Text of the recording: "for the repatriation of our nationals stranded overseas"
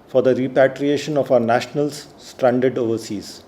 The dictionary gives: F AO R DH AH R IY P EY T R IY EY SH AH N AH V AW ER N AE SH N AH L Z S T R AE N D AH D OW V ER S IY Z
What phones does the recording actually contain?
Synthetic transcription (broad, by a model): F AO R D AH R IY P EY T R IY EY SH AH N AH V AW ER N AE SH N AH L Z S T R AE N D AH D OW V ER S IY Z